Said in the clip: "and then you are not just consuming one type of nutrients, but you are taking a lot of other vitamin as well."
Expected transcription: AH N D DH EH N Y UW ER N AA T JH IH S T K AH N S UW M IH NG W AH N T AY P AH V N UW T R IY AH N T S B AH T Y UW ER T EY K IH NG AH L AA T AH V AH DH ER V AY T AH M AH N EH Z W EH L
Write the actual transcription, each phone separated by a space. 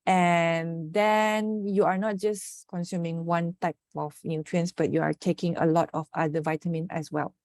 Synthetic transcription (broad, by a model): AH N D EH N Y UW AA N AA T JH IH S K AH N S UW M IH NG W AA N T AY P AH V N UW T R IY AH N S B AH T Y UW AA T EY K IH NG AH L AA T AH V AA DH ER V AY T AH M AH N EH S W EH L